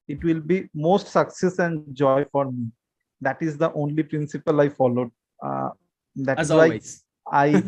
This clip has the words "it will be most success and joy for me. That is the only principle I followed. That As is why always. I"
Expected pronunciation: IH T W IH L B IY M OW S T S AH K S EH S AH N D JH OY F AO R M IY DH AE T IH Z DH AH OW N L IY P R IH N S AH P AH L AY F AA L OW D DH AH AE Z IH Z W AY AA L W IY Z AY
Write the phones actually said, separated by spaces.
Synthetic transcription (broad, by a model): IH T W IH L B IY M OW S T S AH K S EH S AH N D JH OY F AO R M IY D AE T IH Z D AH OW N L IY P R IH N S AH P AH L AY F AA L OW D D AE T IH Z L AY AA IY AY